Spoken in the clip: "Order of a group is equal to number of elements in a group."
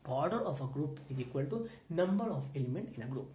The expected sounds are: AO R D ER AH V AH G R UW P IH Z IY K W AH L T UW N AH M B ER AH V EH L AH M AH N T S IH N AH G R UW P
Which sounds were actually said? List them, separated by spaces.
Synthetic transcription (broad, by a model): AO R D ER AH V AH G R UW P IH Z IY K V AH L T UW N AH M B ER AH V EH L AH M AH N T IH N AH G R UW P